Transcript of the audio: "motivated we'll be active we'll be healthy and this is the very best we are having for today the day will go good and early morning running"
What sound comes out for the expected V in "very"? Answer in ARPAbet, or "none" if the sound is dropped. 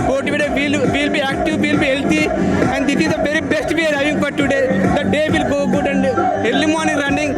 B